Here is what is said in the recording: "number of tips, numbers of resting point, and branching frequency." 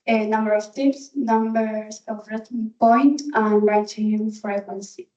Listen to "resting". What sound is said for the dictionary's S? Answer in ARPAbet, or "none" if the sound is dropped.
none